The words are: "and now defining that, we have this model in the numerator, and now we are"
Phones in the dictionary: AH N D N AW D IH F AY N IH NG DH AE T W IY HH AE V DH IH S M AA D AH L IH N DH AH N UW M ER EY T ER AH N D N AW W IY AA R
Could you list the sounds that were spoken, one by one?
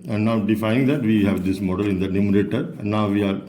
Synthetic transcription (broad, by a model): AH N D N AW D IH F AY IH NG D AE T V IY HH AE V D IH S M AA D AH L IH N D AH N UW M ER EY T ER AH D N AW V IY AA R